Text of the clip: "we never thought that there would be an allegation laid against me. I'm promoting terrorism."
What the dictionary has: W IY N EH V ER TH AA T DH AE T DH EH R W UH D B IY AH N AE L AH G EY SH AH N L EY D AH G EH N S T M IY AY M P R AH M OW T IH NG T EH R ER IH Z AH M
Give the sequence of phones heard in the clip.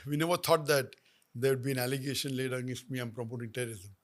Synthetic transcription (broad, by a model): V IY N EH V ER T AA T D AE T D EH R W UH D B IY AH N AE L AH G EY SH AH N L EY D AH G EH S M IY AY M P R AH M OW T IH NG T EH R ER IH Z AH M